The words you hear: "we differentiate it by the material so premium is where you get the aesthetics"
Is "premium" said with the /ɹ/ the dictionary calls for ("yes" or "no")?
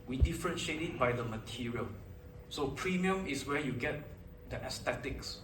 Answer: yes